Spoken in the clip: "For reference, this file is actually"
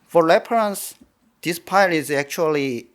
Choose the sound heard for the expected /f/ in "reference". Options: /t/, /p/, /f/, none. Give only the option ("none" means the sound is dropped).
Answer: /p/